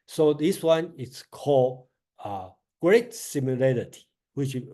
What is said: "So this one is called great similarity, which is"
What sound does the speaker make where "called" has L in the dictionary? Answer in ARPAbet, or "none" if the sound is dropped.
L